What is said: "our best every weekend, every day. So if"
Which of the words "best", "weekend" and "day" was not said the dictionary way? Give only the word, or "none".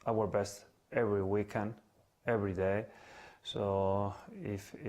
none